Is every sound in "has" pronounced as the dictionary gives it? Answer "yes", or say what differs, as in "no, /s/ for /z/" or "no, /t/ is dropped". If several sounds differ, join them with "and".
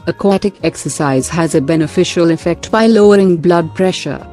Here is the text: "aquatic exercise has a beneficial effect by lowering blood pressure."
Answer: yes